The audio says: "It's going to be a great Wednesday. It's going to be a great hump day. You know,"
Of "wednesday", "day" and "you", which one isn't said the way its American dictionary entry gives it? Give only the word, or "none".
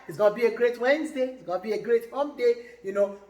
none